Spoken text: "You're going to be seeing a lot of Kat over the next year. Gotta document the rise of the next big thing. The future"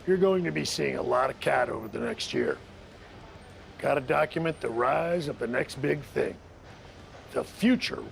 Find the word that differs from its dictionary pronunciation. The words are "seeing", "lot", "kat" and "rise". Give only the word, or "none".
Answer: none